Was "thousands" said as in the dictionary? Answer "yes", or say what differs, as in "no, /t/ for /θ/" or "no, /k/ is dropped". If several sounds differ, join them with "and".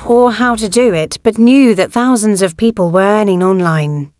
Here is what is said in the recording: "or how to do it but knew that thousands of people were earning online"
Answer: yes